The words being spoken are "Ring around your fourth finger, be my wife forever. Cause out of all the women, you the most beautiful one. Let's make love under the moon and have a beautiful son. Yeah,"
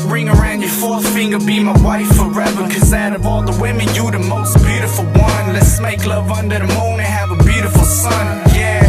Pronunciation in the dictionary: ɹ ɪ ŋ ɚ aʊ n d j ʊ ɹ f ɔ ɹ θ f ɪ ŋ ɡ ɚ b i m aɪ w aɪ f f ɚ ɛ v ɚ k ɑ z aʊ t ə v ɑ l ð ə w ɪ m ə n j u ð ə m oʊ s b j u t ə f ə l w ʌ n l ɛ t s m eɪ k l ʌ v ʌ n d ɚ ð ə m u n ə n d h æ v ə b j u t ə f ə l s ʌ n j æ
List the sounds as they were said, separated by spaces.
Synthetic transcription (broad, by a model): ɹ ɪ ŋ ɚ aʊ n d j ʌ ɹ f ɔ ɹ θ f ɪ ŋ ɡ ɚ b i m aɪ w aɪ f f ɚ ɛ v ɚ k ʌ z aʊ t ə v ɑ l ð ə w ɪ m ə n j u ð ə m oʊ s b j u t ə f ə l w ʌ n l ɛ t s m eɪ k l ʌ v ʌ n d ɚ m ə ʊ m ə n h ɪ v ə b j u t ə f l s ʌ n j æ